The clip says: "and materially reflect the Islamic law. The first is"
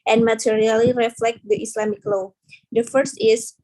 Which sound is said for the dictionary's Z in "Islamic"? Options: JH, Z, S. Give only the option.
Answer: S